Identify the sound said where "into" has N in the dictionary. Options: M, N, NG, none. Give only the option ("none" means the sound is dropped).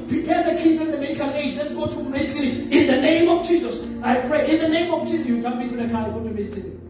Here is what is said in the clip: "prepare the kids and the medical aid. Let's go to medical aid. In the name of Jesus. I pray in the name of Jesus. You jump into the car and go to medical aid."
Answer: none